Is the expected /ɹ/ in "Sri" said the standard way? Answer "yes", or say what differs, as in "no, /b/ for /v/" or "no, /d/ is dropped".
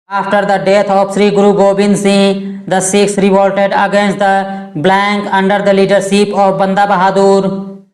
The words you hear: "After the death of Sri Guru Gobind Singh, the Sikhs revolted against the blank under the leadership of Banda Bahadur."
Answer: yes